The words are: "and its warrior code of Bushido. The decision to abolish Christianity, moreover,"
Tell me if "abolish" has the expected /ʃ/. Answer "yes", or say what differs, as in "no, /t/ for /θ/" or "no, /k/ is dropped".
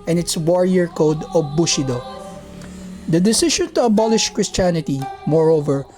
yes